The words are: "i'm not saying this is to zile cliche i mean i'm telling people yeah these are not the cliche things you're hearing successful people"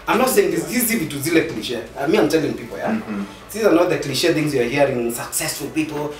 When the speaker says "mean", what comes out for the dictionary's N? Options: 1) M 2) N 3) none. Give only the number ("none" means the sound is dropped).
3